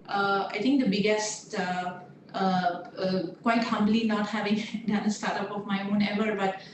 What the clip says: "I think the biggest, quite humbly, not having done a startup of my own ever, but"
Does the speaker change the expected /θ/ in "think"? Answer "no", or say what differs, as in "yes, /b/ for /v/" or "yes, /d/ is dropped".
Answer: yes, /t/ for /θ/